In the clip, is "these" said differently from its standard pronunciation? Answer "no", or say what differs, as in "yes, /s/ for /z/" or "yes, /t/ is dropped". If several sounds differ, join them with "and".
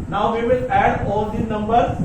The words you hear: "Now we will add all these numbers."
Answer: yes, /z/ is dropped